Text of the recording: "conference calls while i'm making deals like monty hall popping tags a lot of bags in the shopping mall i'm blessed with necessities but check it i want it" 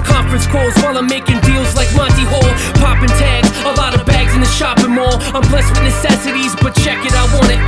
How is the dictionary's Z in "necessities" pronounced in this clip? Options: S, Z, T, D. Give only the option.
Z